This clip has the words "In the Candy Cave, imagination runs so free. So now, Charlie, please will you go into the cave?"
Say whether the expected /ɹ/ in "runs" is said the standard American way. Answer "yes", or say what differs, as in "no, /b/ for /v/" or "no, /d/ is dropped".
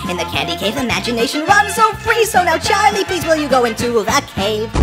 no, /w/ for /ɹ/